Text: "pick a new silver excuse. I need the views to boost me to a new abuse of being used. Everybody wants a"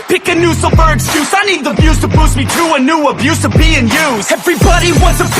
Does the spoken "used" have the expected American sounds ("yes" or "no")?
no